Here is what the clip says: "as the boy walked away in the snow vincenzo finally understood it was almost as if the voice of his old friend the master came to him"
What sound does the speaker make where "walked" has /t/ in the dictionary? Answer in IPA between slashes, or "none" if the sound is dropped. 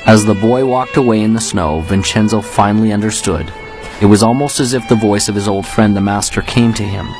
/t/